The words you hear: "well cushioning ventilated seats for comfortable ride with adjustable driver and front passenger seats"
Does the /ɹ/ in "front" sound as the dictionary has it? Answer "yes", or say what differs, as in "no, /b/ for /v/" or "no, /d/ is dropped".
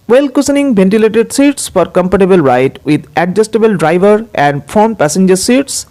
no, /ɹ/ is dropped